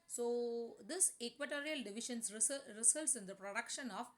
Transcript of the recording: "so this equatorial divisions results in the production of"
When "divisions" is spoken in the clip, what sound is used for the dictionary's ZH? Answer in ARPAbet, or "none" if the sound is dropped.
SH